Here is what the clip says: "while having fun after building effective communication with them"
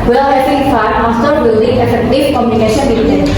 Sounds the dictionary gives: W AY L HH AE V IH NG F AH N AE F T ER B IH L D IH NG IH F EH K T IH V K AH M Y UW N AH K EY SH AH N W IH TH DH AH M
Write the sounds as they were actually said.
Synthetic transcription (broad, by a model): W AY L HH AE F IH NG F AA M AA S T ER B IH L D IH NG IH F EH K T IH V K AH M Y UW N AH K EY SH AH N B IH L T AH